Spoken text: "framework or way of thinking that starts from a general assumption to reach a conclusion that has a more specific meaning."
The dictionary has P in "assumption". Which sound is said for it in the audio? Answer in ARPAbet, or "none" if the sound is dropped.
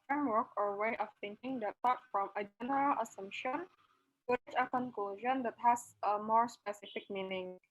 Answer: P